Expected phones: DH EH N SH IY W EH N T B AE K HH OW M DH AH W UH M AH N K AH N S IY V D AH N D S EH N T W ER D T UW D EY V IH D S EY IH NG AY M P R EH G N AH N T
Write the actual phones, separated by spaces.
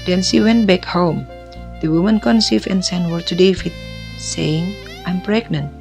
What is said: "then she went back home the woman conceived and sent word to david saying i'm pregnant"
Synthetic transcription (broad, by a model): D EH N S IY W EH N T B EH K HH OW M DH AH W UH M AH N K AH N S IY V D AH N S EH N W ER T UW D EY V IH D S EY IH NG AY M P R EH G N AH N T